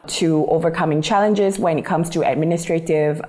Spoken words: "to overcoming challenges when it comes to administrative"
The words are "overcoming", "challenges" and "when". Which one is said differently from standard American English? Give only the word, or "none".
none